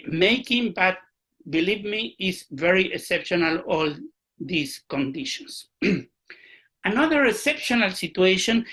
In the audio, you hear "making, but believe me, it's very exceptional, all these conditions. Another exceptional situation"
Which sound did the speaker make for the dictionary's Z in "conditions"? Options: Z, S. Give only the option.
S